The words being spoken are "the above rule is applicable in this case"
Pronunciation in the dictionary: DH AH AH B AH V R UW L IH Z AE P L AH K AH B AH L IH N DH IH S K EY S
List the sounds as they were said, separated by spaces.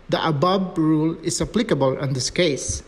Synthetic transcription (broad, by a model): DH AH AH B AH B R UW L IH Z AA P L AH K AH B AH L IH N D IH S K EY S